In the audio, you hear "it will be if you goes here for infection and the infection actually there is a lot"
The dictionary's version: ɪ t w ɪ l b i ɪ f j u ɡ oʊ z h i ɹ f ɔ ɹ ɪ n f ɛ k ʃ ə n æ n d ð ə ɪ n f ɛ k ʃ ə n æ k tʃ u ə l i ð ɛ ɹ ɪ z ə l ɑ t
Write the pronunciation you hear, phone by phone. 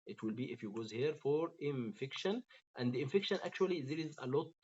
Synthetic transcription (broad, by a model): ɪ t w ɪ l b i ɪ f j u ɡ oʊ z h i ɹ f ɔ ɹ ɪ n f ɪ k ʃ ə n æ n d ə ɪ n f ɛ k ʃ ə n æ k tʃ u ə l i ð ɛ ɹ ɪ z ə l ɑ t